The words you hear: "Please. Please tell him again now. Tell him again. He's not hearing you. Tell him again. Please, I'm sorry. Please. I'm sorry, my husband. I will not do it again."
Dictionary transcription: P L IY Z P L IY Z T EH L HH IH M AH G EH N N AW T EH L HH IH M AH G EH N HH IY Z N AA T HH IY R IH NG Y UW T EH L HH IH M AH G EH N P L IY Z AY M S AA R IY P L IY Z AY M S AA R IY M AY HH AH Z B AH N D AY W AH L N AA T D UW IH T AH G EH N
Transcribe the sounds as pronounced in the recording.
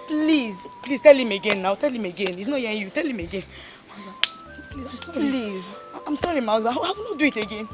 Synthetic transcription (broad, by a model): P L IY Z P L IY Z T EH L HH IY M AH G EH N N AW T EH L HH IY M AH G EH N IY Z N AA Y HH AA IH Y UW T EH L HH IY M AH G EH N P L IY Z AY M S AA R IY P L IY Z AY M S AA R IY M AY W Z AH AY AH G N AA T D UW IH T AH G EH N